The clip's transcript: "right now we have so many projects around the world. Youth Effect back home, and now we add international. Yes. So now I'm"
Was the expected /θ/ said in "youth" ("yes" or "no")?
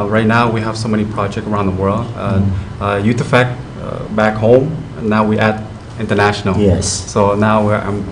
no